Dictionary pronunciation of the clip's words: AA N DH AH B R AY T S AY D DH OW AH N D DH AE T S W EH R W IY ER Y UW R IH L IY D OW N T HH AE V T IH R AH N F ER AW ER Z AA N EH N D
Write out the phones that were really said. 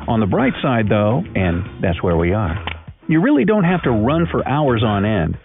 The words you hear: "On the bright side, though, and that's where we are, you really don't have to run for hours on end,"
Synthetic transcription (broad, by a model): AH N DH AH B R AY T S AY D DH OW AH N DH AE T S W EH R W IY ER Y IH R IH L IY D OW N T HH AE F T IH R AH N F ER AW ER Z N EH N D